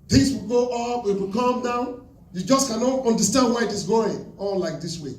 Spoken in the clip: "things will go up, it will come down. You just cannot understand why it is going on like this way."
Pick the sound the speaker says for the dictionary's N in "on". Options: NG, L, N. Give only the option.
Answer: L